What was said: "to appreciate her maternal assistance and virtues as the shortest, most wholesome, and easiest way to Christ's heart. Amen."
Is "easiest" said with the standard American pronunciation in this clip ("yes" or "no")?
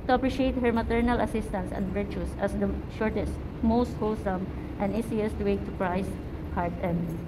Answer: no